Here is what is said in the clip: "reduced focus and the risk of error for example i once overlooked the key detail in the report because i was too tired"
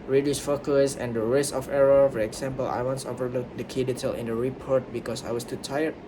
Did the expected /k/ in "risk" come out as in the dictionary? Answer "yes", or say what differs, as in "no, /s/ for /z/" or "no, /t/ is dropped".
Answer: no, /k/ is dropped